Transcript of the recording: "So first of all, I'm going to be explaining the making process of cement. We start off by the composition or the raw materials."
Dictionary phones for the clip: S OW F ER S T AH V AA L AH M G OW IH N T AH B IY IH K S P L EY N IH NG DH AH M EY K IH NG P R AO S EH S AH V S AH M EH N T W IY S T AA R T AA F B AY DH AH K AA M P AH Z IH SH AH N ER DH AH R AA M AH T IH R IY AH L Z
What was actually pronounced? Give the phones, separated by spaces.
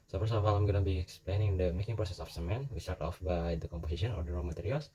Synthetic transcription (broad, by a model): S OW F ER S AH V AA L AH M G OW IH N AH B IY IH K S P L EY N IH NG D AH M EY K IH NG P R AO S EH S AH F S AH M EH N W IY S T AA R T AA F B AY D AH K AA M P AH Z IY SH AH N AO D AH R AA M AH T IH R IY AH L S